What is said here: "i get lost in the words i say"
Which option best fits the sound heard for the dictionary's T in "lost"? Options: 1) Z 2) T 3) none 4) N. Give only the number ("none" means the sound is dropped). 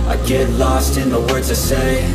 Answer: 2